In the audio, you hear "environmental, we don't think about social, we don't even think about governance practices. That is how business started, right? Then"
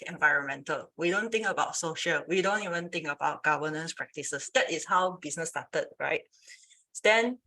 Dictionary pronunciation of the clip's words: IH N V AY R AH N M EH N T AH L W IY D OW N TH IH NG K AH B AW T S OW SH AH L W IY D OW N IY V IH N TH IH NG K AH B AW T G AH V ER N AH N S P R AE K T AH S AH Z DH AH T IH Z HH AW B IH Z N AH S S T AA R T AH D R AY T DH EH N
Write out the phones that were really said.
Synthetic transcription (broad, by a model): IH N V AY R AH N M EH N T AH L W IY D OW N T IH NG K AH B AW T S OW SH AH L W IY D OW N IY V IH N T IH NG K AH B AW T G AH V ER N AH N S P R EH K T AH S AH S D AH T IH S HH AW B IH S N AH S S T AA T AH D R AY T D EH N